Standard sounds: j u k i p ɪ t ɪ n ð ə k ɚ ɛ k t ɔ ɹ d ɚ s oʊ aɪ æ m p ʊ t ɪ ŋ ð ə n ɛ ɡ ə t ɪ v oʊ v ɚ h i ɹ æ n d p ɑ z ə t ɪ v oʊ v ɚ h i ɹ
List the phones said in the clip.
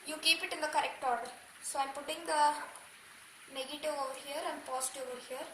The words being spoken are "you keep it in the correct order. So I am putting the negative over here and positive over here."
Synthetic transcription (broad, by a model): j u k i p ɪ t ɪ n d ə k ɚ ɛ k t ɔ ɹ d ɚ s oʊ aɪ m p ʊ t ɪ ŋ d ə n ɛ ɡ ə t ɪ v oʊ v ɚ h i ɹ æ n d p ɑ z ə t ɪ oʊ v ɚ h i ɹ